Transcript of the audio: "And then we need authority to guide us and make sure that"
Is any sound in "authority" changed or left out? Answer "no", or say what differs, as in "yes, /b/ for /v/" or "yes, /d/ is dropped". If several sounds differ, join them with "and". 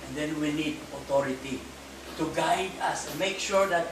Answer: yes, /t/ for /θ/